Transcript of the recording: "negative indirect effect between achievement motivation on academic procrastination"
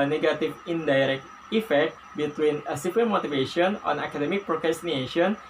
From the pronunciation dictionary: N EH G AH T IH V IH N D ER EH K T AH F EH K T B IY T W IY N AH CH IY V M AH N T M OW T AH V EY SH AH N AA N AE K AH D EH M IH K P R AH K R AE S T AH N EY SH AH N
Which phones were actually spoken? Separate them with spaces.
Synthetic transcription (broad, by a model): N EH G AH T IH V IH N D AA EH K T AH F EH K T B IY T W IY N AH S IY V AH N M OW T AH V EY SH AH N AA N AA K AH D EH M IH K P R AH K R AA S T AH N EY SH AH N